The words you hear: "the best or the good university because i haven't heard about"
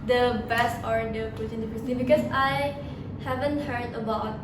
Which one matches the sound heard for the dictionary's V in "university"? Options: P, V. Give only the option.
P